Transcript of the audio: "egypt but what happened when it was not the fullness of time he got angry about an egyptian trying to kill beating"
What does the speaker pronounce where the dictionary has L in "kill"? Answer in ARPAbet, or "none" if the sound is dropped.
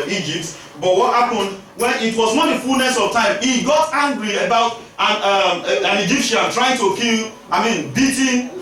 N